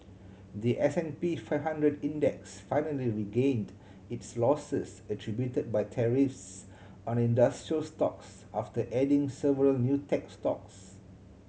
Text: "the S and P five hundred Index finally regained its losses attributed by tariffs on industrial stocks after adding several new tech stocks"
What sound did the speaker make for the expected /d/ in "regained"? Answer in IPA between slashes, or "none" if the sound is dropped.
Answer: /d/